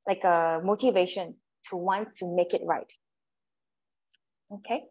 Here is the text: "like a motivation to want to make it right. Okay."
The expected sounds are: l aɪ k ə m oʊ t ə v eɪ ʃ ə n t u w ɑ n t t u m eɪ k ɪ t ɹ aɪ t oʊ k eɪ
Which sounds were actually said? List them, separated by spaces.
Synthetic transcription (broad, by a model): l aɪ k ə m oʊ t ə v eɪ ʃ ə n t u w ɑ n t t u m eɪ k ɪ t ɹ aɪ t oʊ k eɪ